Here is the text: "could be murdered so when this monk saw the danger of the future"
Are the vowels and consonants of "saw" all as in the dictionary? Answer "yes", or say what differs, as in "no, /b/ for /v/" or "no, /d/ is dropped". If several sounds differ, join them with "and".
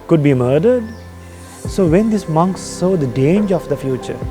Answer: yes